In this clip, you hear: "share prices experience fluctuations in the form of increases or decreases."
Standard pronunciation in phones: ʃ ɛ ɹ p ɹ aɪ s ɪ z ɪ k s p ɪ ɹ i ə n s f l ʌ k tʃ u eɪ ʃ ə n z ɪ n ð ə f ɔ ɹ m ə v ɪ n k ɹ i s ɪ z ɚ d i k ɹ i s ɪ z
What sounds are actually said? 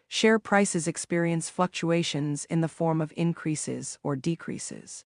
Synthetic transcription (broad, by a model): ʃ ɛ ɹ p ɹ aɪ s ɪ z ɪ k s p ɪ ɹ i ə n s f l ʌ k tʃ u eɪ ʃ ə n z ɪ n ð ə f ɔ ɹ m ə v ɪ n k ɹ i s ɪ z ɚ d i k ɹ i s ɪ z